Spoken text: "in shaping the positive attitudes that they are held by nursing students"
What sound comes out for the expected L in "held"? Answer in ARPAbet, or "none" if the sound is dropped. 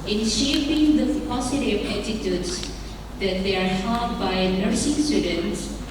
none